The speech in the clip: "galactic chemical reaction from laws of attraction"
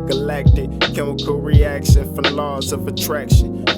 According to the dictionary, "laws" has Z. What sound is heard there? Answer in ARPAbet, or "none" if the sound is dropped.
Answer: Z